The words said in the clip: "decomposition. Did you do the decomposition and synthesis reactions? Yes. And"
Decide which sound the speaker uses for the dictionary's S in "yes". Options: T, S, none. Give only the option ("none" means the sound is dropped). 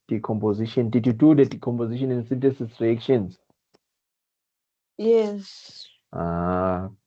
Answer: S